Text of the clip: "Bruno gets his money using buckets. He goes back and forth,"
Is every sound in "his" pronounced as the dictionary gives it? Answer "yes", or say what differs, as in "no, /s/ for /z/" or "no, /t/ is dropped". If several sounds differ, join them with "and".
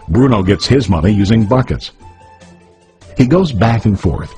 yes